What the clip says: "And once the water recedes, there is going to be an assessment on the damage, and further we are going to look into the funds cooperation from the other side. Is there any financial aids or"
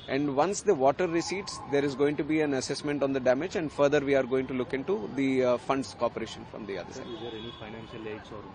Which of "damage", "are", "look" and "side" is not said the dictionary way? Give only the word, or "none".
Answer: side